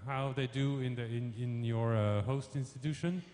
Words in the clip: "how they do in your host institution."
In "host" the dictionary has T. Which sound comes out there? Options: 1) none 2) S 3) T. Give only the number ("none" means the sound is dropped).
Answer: 3